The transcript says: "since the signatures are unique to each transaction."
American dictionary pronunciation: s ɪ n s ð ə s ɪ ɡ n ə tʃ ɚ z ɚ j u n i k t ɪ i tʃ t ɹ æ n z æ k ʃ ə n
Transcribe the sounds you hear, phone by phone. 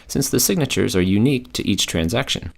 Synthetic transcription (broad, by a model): s ɪ n s ð ə s ɪ ɡ n ə tʃ ɚ z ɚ j u n i k t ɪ i tʃ t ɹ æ n z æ k ʃ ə n